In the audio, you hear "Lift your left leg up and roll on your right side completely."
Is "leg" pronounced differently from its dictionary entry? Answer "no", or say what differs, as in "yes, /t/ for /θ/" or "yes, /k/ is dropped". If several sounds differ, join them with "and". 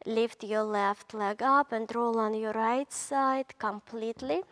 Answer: no